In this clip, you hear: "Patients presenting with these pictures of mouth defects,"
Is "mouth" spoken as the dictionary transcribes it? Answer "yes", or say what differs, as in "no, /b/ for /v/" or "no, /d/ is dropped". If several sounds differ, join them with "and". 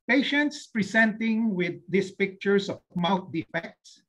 no, /t/ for /θ/